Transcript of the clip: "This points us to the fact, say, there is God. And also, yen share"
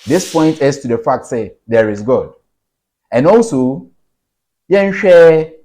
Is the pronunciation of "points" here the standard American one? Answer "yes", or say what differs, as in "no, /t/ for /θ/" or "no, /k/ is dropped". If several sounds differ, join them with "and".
no, /s/ is dropped